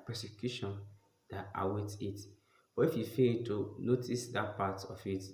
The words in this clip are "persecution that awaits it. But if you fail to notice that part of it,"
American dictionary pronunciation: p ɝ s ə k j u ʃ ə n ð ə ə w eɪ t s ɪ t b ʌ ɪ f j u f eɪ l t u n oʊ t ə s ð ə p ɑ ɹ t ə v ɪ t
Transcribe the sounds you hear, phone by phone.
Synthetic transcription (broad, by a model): p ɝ s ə k j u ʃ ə n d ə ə w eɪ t ɪ t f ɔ ɪ f j u f eɪ l t u n oʊ t ə s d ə p ɑ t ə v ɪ t